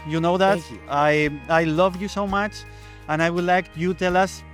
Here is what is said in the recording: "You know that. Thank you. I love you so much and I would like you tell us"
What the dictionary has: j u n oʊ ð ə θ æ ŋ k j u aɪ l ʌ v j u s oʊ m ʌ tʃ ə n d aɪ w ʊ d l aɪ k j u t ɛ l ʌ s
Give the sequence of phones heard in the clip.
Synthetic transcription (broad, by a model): j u n oʊ ð ə t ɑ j aɪ l ʌ v j u s oʊ m ʌ tʃ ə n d aɪ w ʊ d l aɪ k j u t ɛ l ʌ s